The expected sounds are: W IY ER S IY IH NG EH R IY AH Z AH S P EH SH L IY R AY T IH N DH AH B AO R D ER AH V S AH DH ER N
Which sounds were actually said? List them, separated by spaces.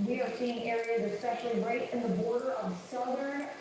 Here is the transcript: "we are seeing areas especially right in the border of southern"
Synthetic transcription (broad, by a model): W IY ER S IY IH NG EH R IY AH Z AH S P EH SH L IY R AY T IH N DH AH B AO R D ER AH V S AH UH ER